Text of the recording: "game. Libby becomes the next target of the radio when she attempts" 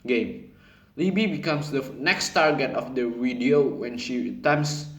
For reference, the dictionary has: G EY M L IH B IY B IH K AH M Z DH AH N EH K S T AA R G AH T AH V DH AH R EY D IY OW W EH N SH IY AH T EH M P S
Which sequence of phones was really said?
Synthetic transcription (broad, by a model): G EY M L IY B IY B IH K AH M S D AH N EH K S T AA R G AH T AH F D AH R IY D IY OW W EH N SH IY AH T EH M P S